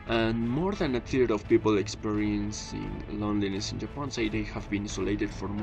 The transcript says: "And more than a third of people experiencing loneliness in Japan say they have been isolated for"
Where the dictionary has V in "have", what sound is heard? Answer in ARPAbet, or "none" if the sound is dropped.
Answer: V